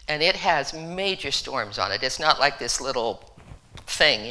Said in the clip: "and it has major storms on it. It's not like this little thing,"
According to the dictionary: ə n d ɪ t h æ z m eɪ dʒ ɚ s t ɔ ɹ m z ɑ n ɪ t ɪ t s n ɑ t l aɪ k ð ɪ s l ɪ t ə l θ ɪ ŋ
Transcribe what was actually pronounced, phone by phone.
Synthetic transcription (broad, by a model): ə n ɪ t h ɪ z m eɪ dʒ ɚ s t ɔ ɹ m z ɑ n ɪ t ɪ t s n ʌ t l aɪ k ð ɪ s l ɪ t l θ ɪ ŋ